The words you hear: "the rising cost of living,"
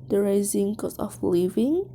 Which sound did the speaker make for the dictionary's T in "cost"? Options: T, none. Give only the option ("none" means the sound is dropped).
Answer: none